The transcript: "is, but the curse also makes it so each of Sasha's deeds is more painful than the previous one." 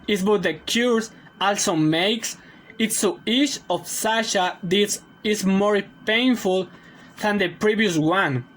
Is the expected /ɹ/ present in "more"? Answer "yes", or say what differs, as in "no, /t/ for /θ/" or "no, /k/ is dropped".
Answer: yes